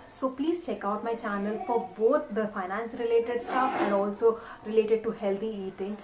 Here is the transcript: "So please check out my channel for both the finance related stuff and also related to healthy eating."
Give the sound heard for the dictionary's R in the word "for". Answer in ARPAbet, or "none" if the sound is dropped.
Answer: R